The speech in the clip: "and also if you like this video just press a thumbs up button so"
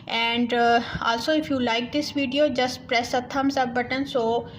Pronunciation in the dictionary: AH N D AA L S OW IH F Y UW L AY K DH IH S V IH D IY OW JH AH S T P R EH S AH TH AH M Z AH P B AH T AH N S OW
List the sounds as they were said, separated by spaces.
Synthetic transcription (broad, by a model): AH N D AA L S OW IH F Y UW L AY K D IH S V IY D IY OW JH AH S T P R EH S AH T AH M S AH B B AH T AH N S OW